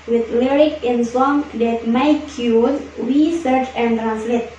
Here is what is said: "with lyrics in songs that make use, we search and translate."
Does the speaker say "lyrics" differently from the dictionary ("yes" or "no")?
yes